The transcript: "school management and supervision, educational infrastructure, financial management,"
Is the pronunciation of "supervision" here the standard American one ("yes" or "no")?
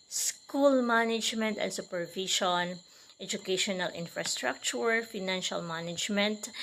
no